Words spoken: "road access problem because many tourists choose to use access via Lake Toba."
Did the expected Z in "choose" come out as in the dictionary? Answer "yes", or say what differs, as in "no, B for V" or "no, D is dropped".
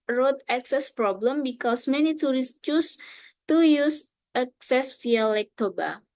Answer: no, S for Z